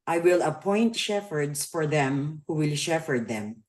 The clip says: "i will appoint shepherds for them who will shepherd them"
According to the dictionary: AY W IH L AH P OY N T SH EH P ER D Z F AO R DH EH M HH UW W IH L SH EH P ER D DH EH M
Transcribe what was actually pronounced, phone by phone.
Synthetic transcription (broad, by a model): AY W IH L AH P OY N T SH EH F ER D S F AO R DH EH M HH UW W IH L SH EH F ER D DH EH M